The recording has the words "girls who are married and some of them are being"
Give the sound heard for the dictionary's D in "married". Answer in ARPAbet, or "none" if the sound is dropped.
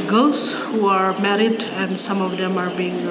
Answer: D